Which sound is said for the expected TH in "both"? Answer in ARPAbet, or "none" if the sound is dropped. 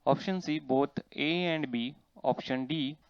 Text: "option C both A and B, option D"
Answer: T